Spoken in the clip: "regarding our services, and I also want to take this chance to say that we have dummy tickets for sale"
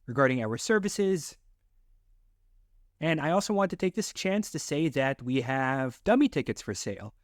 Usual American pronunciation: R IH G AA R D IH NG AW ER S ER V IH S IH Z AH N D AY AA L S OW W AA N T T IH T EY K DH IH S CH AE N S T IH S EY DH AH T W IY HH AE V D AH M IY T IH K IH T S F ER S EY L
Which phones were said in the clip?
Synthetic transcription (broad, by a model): R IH G AA R D IH NG AW ER S ER V IH S IH Z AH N AY AA L S OW W AA N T T IH T EY K DH IH S CH AE N S T IH S EY DH AH T W IY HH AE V D AH M IY T IH K IH T S F ER S EY L